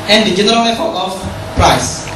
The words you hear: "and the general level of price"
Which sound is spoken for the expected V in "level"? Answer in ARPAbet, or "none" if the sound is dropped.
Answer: P